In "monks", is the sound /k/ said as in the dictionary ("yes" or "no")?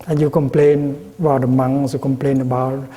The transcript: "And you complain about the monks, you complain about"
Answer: no